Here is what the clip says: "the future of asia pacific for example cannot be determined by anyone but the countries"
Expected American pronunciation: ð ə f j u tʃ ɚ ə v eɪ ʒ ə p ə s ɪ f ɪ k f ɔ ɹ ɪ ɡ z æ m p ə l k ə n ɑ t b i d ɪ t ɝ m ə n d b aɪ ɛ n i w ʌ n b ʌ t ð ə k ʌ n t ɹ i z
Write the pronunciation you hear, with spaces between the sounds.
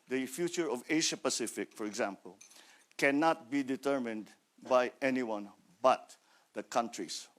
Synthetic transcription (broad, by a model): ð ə f j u tʃ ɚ ə v eɪ ʃ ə p ə s ɪ f ɪ k f ɔ ɹ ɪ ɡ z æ m p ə l k ə n ɑ t b i d ɪ t ɝ m ə n d b aɪ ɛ n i w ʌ n b ʌ t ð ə k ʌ n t ɹ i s